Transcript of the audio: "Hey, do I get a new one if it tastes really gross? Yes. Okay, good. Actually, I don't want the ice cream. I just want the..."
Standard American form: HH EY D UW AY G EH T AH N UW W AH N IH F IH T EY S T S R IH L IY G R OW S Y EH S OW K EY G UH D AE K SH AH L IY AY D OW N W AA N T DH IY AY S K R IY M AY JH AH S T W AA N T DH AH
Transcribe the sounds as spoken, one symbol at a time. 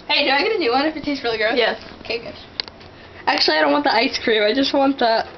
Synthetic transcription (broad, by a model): HH EY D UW AY G EH T AH N UW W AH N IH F IH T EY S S R IH L IY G R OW Y EH S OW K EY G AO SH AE K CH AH L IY AY D OW N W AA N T DH IY AY S K R IY M AY JH AH S T W AA N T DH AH